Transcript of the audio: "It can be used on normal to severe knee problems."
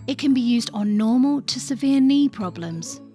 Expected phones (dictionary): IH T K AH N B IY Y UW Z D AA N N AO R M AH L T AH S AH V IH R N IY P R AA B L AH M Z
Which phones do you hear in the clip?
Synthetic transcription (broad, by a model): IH T K AH N B IY Y UW Z D N N AO M AH L T AH S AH V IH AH N IY P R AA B L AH M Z